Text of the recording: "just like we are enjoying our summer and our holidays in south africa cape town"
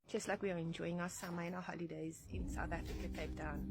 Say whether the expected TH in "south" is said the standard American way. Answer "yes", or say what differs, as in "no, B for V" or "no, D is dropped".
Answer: yes